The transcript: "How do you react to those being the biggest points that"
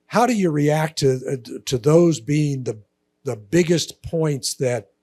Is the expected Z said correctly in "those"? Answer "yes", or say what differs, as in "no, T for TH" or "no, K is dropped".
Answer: yes